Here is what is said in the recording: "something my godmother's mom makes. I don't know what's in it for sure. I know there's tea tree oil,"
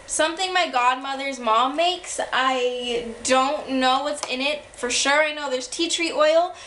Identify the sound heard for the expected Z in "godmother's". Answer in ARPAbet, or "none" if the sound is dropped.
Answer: Z